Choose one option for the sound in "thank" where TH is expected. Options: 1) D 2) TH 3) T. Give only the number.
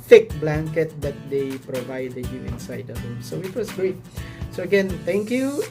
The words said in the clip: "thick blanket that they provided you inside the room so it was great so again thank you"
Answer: 3